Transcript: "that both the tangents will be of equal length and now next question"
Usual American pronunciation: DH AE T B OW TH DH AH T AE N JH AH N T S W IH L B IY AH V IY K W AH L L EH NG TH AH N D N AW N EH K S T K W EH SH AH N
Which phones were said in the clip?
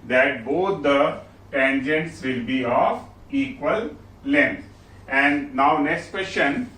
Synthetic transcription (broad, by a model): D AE T B OW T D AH T AE N JH AH N T S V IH L B IY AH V IY K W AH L L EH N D AH N D N AW N EH K S T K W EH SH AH N